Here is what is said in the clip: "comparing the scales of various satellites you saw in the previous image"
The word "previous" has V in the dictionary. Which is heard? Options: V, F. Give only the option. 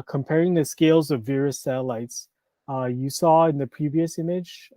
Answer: V